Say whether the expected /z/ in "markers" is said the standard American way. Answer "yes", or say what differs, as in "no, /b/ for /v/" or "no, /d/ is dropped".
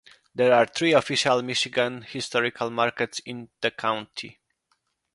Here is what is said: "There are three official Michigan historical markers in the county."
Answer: no, /s/ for /z/